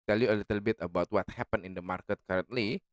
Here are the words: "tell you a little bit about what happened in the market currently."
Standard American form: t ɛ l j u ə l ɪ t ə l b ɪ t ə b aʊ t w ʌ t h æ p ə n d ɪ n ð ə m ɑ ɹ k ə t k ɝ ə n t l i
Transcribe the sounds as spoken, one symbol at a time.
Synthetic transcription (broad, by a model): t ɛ l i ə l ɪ t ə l b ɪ t ə b aʊ t w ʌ t h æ p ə n ɪ n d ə m ɑ ɹ k ə t k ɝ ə n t l i